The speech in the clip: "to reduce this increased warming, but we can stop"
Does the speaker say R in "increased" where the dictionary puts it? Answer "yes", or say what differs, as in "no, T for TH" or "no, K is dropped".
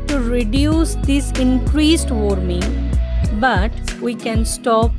yes